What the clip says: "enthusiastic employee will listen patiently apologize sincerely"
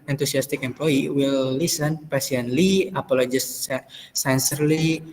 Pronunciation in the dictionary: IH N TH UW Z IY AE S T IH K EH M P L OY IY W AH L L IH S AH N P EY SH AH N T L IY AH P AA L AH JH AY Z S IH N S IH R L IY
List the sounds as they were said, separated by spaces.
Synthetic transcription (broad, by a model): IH N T UW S IY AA S T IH K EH M P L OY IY W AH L L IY S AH N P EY S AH N L IY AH P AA L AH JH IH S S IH N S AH R L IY